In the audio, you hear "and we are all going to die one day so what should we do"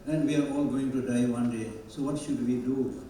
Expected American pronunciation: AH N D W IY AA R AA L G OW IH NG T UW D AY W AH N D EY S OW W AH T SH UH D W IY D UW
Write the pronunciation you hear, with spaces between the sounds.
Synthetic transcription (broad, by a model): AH N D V IY AA R AA L G OW IH NG T UW D AY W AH N D EY S OW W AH T SH UH D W IY D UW